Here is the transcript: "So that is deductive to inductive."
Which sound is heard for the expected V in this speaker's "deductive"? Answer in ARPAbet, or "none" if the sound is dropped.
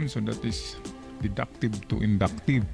B